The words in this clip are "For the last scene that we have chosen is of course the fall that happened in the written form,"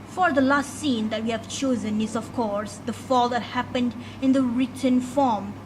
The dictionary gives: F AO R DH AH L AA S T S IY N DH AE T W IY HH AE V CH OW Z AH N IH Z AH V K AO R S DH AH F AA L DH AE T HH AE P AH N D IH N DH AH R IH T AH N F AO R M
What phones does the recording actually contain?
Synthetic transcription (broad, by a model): F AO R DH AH L AA S T S IY N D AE T W IY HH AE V CH OW Z AH N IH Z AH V K AO R S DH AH F AA L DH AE T HH AE P AH N D IH N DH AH R IH T AH N F AO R M